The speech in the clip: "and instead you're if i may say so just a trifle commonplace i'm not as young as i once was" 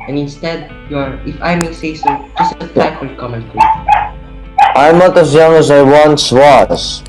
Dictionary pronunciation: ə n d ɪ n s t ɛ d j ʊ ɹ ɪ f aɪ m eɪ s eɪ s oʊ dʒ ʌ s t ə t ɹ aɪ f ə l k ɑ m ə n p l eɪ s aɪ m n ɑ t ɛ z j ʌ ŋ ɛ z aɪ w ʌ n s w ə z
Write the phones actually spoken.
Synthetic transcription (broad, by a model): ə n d ɪ n s t ɛ d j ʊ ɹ ɪ f aɪ m eɪ s eɪ s oʊ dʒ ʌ s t ə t aɪ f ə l k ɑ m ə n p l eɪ aɪ m n ɑ t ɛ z j ʌ ŋ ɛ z aɪ w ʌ n s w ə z